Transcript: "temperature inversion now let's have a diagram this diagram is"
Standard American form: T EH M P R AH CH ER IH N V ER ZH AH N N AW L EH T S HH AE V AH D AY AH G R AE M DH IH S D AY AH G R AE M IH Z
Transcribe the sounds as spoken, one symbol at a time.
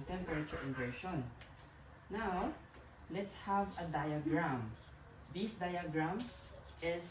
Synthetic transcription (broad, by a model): T EH M P R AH CH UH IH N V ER SH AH N N AW L EH T S HH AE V AH D AY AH G R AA M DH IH S D AY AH G R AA M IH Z